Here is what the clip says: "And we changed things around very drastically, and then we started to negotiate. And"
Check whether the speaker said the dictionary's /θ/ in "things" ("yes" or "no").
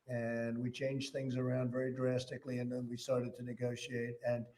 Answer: yes